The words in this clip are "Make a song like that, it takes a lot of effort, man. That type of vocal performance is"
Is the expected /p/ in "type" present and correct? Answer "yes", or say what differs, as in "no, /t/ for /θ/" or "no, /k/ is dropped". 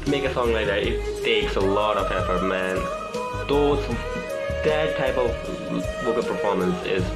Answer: no, /b/ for /p/